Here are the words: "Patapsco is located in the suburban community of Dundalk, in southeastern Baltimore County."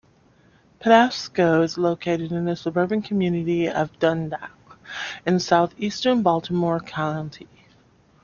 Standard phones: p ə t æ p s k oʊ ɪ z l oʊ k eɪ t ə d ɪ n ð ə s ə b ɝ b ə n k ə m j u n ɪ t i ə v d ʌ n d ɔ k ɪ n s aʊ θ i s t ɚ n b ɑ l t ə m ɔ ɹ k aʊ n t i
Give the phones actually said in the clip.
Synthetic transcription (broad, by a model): p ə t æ s k oʊ ɪ z l oʊ k eɪ t ə d ɪ n ð ə s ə b ɝ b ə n k ə m j u n ɪ t i ə v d ʌ n d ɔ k ɪ n s aʊ θ i s t ɚ n b ɑ l t ə m ɔ ɹ k aʊ n t i